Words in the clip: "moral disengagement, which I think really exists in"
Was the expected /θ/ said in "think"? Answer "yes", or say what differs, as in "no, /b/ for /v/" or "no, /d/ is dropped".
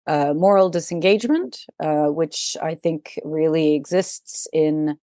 yes